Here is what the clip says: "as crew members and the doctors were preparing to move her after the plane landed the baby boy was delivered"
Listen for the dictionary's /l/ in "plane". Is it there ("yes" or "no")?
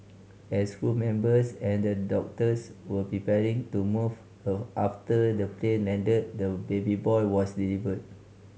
yes